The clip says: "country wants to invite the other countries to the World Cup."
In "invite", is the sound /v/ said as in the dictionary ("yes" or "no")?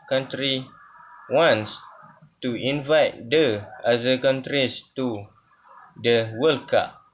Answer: yes